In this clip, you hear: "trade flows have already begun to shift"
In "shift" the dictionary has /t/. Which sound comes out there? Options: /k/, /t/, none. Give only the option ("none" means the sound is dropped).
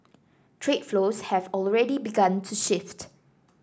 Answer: /t/